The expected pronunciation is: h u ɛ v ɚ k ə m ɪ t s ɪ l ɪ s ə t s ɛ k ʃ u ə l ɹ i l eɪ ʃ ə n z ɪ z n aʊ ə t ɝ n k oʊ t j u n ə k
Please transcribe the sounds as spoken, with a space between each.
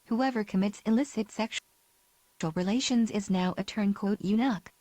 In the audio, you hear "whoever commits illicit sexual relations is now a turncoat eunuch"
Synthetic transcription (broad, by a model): h u ɛ v ɚ k ə m ɪ t s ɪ l ɪ s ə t s ɛ k ʃ l ɹ i l eɪ ʃ ə n z ɪ z n aʊ ə t ɝ n k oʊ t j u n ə k